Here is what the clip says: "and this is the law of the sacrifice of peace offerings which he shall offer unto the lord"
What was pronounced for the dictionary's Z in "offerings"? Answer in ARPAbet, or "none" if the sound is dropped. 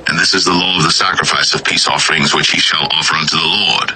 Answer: Z